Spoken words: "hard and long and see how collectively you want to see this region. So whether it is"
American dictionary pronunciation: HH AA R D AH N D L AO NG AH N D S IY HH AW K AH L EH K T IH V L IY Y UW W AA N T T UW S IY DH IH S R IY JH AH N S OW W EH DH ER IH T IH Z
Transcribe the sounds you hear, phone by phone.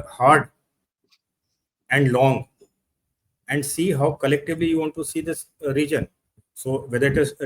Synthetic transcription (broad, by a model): HH AA R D AH N D L AO NG AH N D S IY HH AW K AH L EH K T IH V L IY Y UW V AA N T T UW S IY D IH S R IY JH AH N S OW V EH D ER IH T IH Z